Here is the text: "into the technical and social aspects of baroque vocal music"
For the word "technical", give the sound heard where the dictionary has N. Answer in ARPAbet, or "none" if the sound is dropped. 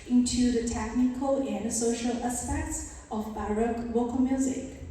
N